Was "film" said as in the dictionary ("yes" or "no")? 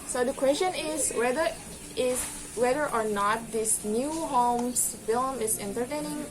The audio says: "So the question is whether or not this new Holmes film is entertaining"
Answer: yes